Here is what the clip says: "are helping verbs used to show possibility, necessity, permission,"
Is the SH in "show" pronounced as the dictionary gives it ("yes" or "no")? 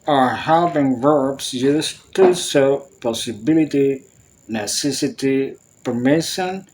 no